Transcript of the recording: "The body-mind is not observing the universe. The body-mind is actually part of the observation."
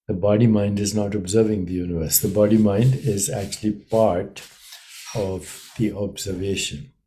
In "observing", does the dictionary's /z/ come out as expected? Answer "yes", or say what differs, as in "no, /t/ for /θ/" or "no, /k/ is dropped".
yes